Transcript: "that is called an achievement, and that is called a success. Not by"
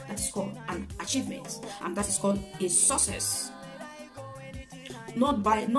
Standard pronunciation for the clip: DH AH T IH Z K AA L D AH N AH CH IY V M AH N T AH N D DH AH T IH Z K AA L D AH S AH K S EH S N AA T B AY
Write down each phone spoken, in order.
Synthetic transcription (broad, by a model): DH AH T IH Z K AA L D AH N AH CH IY V M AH N T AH N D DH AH T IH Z K AA L D AH S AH S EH S N AA T B AY